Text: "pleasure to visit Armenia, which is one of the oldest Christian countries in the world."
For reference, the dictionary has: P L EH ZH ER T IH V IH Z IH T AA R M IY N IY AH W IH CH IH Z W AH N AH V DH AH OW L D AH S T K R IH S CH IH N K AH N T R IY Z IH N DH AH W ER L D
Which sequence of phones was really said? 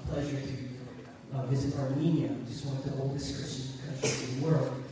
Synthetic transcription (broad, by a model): P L EH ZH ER T IH V IH Z IH T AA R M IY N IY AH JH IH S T W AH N AH V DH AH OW L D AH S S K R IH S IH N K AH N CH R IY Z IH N DH AH W ER L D